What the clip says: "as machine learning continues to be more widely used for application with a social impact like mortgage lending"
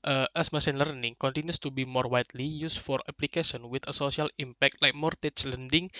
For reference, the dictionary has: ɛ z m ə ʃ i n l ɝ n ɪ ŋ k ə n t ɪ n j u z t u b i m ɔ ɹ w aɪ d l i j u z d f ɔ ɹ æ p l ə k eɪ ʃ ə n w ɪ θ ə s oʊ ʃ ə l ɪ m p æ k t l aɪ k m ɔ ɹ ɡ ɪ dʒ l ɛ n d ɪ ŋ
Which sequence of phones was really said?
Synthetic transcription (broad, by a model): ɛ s m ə s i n l ɝ n ɪ ŋ k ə n t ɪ n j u s t u b i m ɔ ɹ w aɪ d l i j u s f ɔ ɹ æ p l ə k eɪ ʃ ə n w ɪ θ ə s oʊ s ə l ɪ m p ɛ k t l aɪ k m ɔ ɹ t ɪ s l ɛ n d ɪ ŋ